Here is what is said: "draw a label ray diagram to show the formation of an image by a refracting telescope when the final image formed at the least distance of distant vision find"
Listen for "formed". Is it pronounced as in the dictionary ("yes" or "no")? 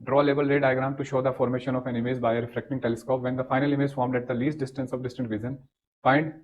yes